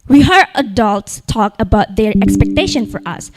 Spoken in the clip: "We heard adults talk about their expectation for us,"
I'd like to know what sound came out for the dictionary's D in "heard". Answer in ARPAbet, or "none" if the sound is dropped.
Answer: none